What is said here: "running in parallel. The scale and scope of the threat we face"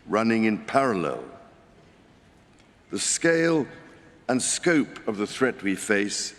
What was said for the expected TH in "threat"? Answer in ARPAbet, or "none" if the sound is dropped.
TH